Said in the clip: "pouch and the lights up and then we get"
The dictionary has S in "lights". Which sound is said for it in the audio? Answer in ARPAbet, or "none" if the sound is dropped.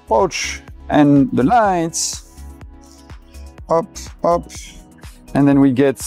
S